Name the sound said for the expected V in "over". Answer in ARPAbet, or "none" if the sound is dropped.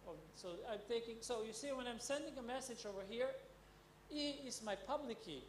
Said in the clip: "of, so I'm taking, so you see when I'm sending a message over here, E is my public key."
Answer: V